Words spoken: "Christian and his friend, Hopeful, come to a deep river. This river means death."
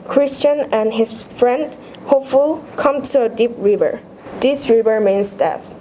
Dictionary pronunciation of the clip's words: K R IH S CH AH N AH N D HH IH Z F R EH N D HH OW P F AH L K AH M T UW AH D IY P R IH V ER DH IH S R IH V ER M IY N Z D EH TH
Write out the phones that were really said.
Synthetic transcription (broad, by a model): K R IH S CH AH N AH N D HH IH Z F R EH N D HH OW P F AH L K AH M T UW AH D IY P R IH V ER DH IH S R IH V ER M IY N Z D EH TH